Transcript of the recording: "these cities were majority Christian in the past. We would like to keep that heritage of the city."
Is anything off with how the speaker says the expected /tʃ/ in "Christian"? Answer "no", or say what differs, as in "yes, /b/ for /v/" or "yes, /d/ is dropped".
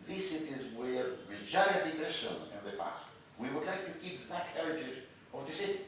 yes, /tʃ/ is dropped